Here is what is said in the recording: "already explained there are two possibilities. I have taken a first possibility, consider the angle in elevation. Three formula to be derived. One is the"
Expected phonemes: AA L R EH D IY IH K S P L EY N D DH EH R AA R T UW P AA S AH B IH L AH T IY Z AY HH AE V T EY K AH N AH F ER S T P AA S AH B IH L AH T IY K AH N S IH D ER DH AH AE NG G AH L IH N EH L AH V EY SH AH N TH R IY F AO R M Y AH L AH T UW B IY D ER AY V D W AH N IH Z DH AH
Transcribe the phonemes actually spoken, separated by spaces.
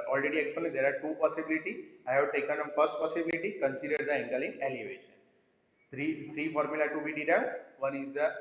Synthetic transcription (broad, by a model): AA L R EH D IY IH K S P N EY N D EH R AA R T UW P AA S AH B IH L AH T IY AY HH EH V T EY K AH N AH F ER S T P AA S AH B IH L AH T IY K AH N S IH D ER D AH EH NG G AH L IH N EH L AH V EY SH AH N T R IY F AO R M Y AH L AH T UW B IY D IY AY V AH N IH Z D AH